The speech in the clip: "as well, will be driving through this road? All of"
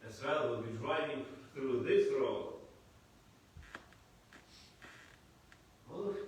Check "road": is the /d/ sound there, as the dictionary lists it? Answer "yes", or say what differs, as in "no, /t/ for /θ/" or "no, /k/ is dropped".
no, /d/ is dropped